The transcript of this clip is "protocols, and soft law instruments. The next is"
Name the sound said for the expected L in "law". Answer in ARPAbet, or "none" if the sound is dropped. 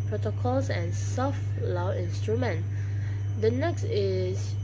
L